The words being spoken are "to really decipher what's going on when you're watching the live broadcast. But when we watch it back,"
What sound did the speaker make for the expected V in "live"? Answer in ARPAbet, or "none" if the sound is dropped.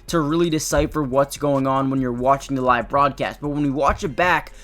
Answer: V